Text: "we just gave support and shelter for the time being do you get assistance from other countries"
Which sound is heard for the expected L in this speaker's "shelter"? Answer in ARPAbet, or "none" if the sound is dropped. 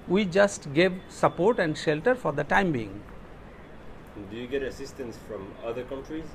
L